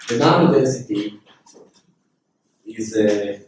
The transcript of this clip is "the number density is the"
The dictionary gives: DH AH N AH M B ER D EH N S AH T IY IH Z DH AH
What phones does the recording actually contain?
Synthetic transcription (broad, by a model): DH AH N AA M ER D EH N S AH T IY IH Z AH